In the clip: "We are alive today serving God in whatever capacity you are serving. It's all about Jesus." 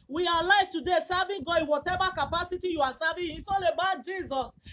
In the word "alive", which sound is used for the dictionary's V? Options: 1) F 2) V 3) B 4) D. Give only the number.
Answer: 1